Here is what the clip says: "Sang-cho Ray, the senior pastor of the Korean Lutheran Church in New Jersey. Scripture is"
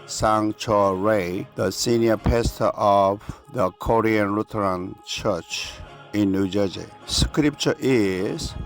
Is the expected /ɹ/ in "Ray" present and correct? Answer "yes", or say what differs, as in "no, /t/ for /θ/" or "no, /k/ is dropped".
yes